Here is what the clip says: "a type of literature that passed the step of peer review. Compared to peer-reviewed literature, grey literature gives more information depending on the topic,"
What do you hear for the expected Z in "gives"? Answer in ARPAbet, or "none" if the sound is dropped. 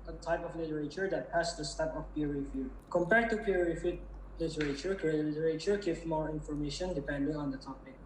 none